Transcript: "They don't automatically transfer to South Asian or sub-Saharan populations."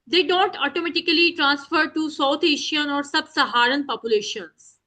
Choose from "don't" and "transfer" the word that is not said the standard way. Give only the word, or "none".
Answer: none